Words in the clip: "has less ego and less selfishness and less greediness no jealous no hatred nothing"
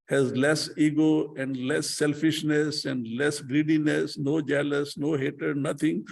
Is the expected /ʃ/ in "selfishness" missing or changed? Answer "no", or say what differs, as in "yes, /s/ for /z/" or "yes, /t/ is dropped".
no